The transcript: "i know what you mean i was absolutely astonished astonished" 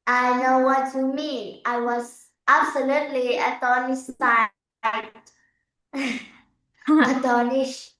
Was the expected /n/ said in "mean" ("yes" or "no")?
no